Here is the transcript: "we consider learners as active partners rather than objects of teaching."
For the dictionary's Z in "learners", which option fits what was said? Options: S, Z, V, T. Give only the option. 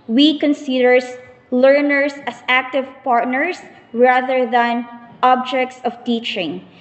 S